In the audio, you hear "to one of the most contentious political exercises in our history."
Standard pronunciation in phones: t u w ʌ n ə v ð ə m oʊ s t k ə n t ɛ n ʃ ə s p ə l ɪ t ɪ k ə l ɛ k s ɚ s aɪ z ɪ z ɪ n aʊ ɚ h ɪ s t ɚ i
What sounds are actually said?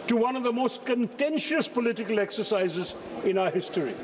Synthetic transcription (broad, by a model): t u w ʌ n ə v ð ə m oʊ s t k ə n t ɛ n ʃ ə s p ə l ɪ t ɪ k ə l ɛ k s ɚ s aɪ z ɪ z ɪ n aʊ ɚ h ɪ s t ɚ i